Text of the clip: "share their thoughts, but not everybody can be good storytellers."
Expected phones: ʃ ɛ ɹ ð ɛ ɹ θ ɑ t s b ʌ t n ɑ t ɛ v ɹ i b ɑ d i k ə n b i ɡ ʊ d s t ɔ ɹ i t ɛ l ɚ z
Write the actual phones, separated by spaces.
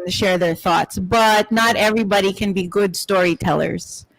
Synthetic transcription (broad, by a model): ʃ ɛ ɹ ð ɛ ɹ θ ɑ t s b ʌ t n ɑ t ɛ v ɹ i b ɑ d i k ə n b i ɡ ʊ d s t ɔ ɹ i t ɛ l ɚ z